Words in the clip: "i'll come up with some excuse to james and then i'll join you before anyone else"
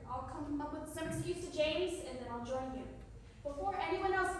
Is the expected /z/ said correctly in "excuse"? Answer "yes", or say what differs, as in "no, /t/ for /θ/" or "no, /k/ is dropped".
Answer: no, /z/ is dropped